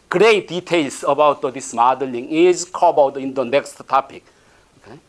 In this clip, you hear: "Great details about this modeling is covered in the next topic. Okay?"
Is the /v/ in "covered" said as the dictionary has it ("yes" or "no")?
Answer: no